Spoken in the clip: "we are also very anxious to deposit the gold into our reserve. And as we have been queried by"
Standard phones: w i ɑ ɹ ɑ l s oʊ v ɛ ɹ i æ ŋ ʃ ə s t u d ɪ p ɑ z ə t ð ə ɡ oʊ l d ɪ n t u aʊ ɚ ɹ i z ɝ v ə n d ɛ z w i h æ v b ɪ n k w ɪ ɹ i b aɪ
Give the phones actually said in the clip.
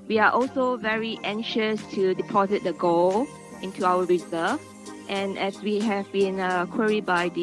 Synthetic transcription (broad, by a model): w i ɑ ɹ ɑ l s oʊ v ɛ ɹ i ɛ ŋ ʃ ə s t u d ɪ p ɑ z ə t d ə ɡ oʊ l ɪ n t u aʊ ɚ ɹ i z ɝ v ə n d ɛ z w i h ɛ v b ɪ n k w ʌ ɹ i b aɪ